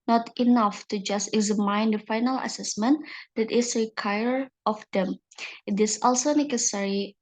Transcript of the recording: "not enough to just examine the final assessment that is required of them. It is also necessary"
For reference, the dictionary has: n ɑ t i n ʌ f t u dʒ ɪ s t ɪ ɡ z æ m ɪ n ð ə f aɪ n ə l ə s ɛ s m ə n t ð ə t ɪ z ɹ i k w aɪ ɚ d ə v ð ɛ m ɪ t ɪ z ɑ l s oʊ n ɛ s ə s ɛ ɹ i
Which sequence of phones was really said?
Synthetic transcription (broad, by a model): n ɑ t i n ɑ f t u dʒ ɪ s t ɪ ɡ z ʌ m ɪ n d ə f aɪ n ə l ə s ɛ s m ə n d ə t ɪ s ɹ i k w aɪ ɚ ə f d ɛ m ɪ t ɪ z ɑ l s oʊ n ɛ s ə s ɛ ɹ i